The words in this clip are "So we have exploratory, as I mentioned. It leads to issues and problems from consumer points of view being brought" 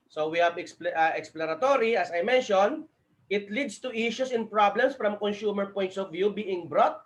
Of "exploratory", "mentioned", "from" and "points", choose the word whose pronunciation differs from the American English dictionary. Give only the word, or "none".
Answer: mentioned